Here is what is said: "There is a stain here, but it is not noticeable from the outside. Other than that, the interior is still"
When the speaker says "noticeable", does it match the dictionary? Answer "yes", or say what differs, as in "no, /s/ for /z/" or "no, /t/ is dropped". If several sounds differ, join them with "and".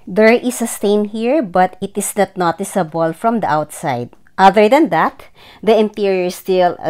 yes